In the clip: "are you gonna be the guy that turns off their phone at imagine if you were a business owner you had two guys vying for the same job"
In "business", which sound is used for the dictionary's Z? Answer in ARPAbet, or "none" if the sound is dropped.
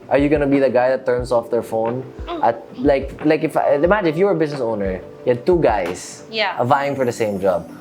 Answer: S